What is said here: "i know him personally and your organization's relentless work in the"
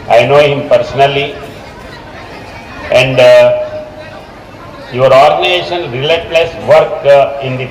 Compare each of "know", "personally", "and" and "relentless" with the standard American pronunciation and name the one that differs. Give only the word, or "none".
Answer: relentless